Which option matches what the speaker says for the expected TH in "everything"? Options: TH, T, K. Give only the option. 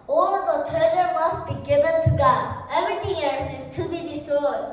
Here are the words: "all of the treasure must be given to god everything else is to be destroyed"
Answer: T